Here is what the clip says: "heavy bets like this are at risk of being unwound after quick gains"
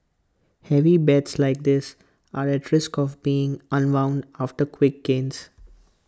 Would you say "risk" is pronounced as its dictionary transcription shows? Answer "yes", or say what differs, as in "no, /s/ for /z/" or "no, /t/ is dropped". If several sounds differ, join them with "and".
yes